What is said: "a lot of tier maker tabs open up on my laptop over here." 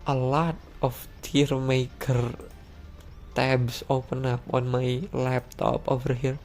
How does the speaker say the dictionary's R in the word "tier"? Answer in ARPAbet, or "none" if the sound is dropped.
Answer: R